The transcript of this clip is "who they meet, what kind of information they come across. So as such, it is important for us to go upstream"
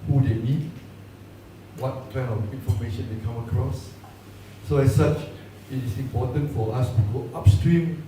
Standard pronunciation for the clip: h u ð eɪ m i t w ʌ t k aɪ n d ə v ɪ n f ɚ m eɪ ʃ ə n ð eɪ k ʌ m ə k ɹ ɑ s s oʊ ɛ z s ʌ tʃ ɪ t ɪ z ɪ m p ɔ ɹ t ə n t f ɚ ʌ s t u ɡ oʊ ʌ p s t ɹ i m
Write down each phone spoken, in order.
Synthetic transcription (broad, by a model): h u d eɪ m i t w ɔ t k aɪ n ə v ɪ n f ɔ m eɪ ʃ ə n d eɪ k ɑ m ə k ɹ ɑ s s oʊ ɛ s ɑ tʃ ɪ t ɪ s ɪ m p ɔ t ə n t f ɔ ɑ s t u ɡ oʊ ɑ p s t ɹ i m